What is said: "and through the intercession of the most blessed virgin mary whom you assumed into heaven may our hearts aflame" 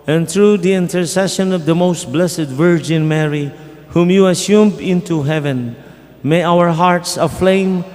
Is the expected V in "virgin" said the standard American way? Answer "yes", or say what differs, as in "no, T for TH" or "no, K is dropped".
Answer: yes